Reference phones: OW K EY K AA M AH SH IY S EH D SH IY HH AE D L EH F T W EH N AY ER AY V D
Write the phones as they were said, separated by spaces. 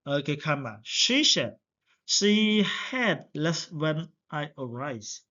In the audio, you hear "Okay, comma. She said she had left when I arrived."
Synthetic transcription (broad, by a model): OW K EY K AA M AH SH IY SH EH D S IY HH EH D L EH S W EH N AY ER AY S